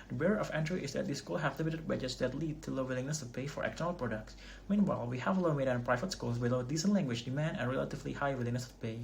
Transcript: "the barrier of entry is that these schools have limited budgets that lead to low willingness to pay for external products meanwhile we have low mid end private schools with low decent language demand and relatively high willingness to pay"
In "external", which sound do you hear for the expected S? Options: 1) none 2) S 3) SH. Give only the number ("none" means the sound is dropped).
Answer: 1